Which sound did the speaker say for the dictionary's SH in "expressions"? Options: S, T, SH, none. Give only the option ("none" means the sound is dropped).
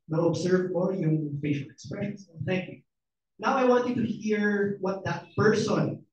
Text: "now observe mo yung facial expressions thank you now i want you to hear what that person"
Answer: none